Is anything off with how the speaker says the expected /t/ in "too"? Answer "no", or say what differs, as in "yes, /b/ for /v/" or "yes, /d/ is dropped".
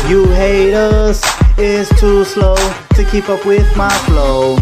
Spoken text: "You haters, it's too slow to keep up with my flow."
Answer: no